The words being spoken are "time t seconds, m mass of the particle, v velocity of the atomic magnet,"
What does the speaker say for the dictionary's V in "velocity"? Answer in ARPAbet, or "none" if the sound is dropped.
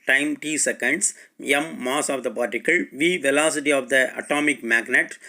V